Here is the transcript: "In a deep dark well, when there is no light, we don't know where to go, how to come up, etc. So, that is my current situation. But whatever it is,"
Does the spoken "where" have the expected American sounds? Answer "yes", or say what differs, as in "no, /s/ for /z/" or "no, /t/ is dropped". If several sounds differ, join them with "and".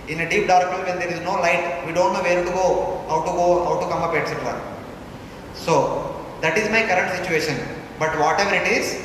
no, /w/ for /ɹ/